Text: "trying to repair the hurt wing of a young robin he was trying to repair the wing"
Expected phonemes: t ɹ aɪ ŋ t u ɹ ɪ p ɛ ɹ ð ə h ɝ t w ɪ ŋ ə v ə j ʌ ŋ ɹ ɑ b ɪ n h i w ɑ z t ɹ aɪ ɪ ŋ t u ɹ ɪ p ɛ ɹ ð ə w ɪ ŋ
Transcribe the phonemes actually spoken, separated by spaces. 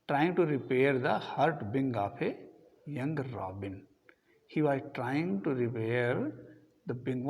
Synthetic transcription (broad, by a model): t ɹ aɪ ŋ t u ɹ ɪ p ɛ ɹ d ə h ɝ t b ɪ ŋ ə p ə j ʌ ŋ ɹ ɑ b ɪ n h i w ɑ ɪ t ɹ aɪ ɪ ŋ t u ɹ ɪ p ɛ ɹ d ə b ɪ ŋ